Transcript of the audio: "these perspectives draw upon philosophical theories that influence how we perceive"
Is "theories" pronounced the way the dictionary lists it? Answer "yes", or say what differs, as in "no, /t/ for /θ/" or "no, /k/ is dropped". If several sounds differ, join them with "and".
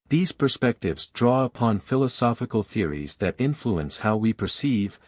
yes